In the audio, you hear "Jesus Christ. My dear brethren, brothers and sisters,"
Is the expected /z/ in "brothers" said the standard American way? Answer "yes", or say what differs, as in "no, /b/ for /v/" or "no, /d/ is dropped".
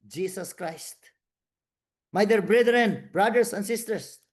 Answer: no, /s/ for /z/